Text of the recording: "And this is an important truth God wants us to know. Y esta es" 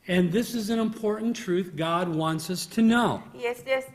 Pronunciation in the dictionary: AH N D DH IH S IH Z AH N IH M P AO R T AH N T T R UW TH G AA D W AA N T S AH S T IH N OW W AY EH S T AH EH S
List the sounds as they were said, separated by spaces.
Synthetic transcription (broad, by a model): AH N DH IH S IH Z AH N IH M P AO R T N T T R UW TH G AA D W AA N T S AH S T IH N OW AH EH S